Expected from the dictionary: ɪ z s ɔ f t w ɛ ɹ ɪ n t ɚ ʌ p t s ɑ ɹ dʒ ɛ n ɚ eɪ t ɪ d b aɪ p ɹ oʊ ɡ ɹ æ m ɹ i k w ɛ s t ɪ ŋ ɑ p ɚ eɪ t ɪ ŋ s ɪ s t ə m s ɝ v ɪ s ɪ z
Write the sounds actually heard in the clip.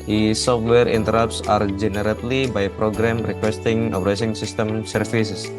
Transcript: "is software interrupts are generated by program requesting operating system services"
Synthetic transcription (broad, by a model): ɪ s ɔ f t w ɛ ɹ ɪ n t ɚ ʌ p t s ɑ ɹ dʒ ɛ n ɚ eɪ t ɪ b aɪ p ɹ oʊ ɡ ɹ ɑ m ɹ i k w ɛ s t ɪ ŋ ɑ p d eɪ s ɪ ŋ s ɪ s t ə m s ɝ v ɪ s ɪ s